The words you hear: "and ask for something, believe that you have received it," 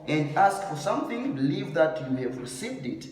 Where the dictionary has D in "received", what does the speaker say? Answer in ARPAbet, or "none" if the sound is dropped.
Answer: D